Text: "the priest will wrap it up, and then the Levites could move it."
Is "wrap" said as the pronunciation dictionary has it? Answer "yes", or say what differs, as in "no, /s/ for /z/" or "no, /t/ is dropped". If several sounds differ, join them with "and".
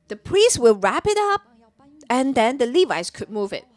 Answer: yes